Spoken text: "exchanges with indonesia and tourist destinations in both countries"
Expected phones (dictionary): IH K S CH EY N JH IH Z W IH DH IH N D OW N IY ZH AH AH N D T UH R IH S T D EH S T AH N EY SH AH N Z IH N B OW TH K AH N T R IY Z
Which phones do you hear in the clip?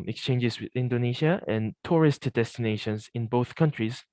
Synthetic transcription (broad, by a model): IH K S CH EY N JH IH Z W IH DH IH N D OW N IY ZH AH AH N T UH R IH S T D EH S T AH N EY SH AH N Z IH N B OW TH K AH N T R IY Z